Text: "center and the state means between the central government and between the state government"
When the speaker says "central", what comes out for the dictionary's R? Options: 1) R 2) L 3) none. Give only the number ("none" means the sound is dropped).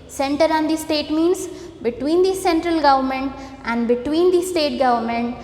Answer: 1